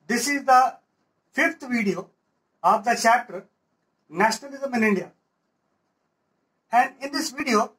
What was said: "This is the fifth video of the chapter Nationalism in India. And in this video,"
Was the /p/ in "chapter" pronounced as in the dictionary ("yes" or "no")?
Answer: no